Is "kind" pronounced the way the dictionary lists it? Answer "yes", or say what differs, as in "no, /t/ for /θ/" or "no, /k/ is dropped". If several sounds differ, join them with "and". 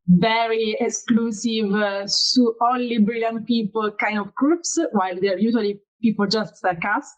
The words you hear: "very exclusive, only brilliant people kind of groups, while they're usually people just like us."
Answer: yes